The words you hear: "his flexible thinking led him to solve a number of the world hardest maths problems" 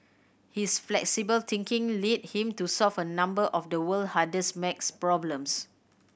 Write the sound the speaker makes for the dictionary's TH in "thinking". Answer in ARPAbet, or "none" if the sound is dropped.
T